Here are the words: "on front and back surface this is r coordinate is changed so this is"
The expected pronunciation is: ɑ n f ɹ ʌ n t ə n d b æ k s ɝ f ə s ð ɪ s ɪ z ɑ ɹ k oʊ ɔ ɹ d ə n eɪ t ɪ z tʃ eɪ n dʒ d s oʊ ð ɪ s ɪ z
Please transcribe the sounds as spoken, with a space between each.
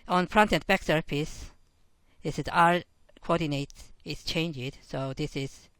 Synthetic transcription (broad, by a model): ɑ n p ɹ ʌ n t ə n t b æ k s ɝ p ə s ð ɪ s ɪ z ɑ ɹ k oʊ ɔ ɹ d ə n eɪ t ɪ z tʃ eɪ n dʒ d s oʊ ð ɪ s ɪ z